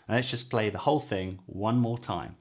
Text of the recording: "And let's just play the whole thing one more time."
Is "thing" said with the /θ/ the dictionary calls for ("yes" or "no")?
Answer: yes